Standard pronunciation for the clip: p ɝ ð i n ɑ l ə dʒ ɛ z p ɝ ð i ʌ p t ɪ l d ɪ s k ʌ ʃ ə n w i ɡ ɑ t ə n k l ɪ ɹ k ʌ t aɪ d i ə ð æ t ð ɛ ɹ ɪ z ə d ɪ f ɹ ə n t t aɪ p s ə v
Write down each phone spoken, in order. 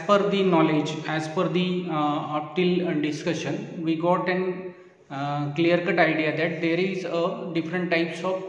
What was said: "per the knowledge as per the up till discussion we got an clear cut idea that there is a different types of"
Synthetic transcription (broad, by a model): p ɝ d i n ɑ l ə dʒ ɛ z f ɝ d i ʌ p t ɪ l d ɪ s k ʌ ʃ ə n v i ɡ ɑ t ə n k l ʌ ɹ k ʌ t aɪ d i ə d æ t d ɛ ɹ ɪ z ə d ɪ f ɹ ə n t t aɪ p s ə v